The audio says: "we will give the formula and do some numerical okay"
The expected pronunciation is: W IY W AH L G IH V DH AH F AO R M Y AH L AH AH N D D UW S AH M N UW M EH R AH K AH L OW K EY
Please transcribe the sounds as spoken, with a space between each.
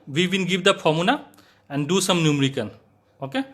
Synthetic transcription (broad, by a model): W IY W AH N G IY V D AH P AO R M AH N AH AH N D D UW S AH M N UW M R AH K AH N OW K EY